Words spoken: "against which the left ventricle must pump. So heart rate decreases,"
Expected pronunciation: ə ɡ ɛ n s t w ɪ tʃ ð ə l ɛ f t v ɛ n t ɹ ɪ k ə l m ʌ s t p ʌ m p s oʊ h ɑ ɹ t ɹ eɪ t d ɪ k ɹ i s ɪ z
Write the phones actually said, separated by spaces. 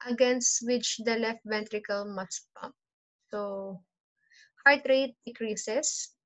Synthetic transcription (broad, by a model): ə ɡ ɛ n s t w ɪ tʃ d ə l ɛ f t v ɛ n t ɹ ɪ k ə l m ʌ s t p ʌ p s oʊ h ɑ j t ɹ eɪ t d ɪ k ɹ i s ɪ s